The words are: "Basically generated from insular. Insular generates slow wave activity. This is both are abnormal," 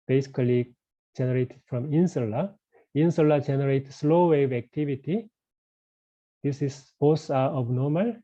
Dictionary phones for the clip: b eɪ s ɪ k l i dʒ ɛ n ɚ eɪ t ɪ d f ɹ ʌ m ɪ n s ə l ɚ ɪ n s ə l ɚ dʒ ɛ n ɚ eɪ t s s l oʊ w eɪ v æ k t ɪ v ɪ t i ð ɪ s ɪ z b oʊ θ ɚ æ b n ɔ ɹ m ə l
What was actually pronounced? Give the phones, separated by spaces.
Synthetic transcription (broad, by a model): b eɪ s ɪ k l i dʒ ɛ n ɚ eɪ t ɪ d f ɹ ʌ m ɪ n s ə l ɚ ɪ n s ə l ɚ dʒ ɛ n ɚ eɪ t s s l oʊ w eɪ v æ k t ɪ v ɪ t i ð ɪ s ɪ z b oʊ s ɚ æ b n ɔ m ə l